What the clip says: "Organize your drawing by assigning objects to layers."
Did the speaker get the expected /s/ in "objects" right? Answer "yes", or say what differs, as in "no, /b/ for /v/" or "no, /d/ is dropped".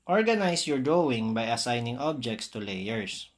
yes